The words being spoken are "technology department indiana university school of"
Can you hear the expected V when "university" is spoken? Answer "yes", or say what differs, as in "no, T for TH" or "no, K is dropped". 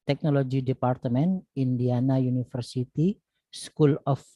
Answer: no, F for V